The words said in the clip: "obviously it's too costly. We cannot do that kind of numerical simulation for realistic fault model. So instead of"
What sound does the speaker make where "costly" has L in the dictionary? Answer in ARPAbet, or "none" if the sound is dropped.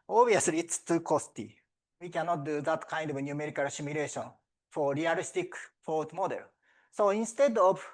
none